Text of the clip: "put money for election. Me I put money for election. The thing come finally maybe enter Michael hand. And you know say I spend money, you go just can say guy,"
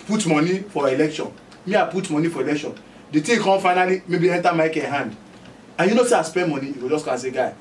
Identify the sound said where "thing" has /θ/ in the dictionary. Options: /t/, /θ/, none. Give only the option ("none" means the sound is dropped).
/t/